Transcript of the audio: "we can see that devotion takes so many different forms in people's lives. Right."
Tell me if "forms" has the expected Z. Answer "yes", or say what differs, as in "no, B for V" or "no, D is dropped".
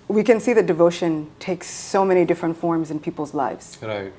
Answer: yes